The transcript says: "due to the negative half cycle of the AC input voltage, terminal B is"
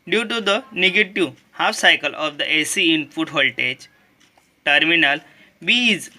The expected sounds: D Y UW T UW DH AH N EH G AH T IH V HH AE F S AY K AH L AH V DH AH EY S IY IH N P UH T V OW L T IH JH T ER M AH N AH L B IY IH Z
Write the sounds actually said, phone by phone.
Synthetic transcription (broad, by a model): D Y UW T UW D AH N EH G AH T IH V HH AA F S AY K AH L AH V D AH EY S IY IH N F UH T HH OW L T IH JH T ER M AH N AH L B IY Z